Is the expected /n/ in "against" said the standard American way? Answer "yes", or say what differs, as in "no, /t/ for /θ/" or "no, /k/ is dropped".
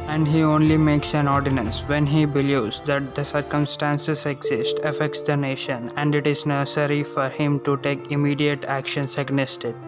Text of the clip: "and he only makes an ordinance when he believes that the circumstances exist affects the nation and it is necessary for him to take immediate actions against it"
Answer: no, /n/ is dropped